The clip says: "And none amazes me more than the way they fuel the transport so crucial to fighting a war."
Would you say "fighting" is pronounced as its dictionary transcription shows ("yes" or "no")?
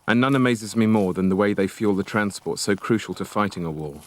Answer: yes